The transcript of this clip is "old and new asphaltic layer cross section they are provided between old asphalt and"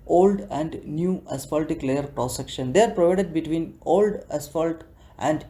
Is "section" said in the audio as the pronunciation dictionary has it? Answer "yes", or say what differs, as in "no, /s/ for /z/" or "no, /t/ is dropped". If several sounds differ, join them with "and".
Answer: yes